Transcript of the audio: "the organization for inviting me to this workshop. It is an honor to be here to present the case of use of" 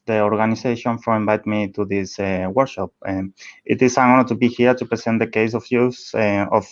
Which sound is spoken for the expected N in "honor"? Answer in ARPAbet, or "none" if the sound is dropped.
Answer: none